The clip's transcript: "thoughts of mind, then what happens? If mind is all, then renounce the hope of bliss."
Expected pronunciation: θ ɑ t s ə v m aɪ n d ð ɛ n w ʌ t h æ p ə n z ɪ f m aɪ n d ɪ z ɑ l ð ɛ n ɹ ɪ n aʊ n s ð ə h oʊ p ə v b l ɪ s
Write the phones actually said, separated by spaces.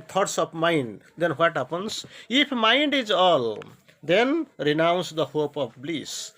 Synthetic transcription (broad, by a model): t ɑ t s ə b m aɪ n d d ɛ n w ʌ t h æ p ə n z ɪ p m aɪ n d ɪ z ɑ l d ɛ n ɹ ɪ n aʊ n s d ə h oʊ p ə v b l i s